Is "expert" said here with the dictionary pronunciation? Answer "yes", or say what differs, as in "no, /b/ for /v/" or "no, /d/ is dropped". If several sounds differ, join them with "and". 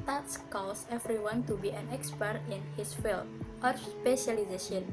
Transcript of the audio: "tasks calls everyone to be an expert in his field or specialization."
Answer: yes